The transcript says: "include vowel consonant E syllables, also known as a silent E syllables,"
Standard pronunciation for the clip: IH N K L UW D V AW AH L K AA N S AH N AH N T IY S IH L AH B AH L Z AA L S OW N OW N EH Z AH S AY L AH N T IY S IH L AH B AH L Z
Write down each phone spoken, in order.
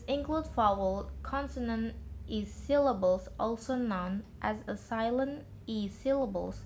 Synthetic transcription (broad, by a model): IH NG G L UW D F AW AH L K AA N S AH N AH N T IY S IH L AH B AH L Z AA L S OW N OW N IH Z AH S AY L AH N IY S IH L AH B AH L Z